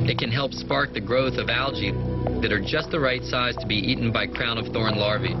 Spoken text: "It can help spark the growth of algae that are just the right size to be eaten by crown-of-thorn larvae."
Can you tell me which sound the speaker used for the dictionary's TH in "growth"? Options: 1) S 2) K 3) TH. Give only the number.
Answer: 3